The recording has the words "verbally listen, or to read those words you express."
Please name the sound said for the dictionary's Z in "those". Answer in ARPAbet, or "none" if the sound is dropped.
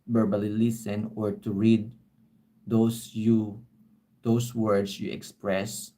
S